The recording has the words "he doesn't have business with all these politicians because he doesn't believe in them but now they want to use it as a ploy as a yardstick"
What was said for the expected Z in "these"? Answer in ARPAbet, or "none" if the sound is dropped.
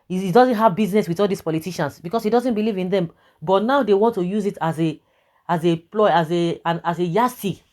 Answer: S